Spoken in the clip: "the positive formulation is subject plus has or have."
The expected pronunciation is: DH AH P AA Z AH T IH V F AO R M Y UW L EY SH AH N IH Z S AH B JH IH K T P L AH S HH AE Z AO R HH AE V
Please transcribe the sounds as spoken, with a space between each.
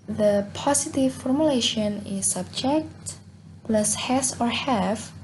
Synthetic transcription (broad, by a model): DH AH P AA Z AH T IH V F AO R M Y UW L EY SH AH N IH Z S AH B JH IH K T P L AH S HH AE S AO R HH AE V